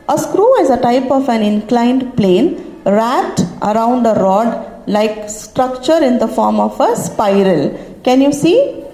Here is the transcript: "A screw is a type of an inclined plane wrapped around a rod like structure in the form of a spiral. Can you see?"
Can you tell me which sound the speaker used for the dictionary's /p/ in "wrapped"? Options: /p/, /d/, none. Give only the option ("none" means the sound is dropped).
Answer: none